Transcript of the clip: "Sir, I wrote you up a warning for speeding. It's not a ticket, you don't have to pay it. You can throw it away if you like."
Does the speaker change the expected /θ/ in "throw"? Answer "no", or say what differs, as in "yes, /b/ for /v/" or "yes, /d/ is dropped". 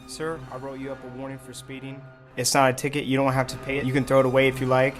no